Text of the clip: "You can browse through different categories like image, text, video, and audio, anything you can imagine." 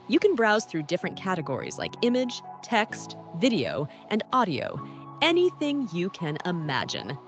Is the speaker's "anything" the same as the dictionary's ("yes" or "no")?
yes